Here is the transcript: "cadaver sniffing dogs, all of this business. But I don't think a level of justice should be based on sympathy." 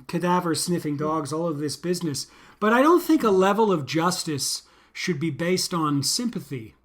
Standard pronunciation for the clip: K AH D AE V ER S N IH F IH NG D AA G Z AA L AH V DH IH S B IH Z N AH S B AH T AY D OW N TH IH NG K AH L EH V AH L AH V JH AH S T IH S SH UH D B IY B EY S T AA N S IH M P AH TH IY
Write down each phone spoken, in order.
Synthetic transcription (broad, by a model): K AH D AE V ER S N IH F IH NG D AA G Z AA L AH V DH IH S B IH Z N AH S B AH T AY D OW N TH IH NG K AH L EH V L AH V JH AH S T IH S SH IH D B IY B EY S T N S IH M P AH TH IY